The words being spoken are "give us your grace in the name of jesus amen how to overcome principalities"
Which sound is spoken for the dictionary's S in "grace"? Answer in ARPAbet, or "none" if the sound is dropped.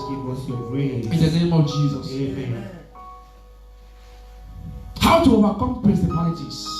none